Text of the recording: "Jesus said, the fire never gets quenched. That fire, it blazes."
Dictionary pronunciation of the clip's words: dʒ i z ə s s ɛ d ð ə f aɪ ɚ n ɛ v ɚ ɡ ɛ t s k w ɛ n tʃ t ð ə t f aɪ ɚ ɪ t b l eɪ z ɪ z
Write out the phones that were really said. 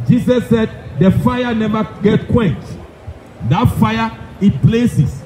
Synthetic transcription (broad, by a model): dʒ i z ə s s ɛ d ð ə f aɪ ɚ n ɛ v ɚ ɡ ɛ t k w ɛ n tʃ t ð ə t f aɪ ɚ ɪ t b l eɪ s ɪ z